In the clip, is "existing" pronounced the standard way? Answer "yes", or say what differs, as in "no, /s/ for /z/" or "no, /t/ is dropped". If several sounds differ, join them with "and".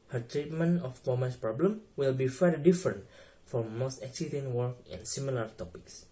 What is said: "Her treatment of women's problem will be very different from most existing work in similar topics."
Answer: no, /s/ is dropped